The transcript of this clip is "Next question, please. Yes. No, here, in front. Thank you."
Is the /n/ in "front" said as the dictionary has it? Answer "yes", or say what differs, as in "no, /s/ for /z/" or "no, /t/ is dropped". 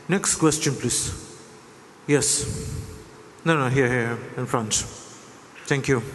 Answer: yes